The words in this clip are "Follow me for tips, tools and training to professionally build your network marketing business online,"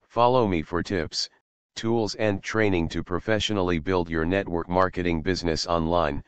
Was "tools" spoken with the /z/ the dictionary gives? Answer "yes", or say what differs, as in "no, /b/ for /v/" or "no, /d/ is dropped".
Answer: yes